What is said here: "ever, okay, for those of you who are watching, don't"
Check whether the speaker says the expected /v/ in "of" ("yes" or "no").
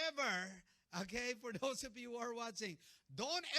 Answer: no